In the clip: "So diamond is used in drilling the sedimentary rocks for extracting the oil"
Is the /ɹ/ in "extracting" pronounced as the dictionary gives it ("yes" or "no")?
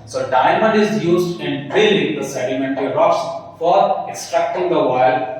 yes